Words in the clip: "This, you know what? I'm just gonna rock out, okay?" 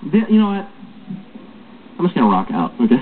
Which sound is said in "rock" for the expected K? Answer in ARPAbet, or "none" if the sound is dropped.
K